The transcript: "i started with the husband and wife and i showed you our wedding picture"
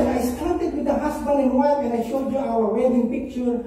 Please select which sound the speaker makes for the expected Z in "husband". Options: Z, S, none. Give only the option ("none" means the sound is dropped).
S